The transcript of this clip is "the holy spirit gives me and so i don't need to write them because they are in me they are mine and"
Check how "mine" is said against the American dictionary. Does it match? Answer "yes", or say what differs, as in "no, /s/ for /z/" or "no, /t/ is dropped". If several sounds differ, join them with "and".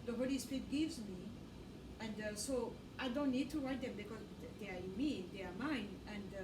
yes